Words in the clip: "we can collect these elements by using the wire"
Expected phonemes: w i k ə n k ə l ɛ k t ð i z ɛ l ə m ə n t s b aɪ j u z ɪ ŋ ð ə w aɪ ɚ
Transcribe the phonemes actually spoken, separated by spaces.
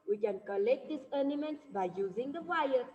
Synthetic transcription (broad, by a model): w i k ə n k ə l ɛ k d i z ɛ n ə m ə n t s b aɪ j u z ɪ ŋ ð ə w aɪ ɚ